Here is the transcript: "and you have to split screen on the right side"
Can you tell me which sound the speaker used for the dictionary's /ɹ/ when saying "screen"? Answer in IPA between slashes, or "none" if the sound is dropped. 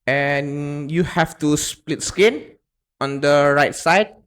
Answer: none